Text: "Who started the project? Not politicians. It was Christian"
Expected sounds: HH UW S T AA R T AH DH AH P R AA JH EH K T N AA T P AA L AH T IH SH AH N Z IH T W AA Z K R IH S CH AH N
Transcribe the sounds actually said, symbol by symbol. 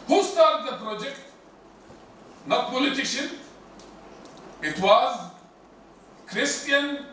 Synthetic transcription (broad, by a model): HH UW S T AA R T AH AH P R AA JH EH K T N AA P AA L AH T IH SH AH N IH T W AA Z K R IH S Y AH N